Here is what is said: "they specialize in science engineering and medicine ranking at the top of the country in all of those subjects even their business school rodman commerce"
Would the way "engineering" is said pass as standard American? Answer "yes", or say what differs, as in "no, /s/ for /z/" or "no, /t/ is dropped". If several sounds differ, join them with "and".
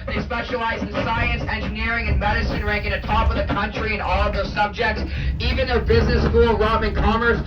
yes